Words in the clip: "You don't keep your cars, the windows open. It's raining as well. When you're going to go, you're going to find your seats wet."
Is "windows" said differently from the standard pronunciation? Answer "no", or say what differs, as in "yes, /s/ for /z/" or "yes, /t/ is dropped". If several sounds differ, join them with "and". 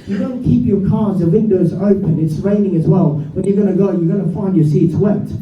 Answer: no